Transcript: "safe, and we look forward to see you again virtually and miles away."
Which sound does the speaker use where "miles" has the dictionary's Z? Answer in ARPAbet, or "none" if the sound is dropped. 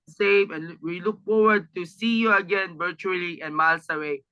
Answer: S